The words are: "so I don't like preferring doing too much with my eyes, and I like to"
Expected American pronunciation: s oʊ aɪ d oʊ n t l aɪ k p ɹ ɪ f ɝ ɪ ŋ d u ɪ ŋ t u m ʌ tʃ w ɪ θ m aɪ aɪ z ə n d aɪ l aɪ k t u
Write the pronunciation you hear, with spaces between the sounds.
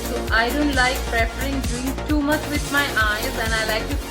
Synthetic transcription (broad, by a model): s oʊ aɪ d oʊ n t l aɪ k p ɹ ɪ p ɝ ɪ ŋ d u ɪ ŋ t u m ʌ tʃ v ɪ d m aɪ aɪ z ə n aɪ l aɪ k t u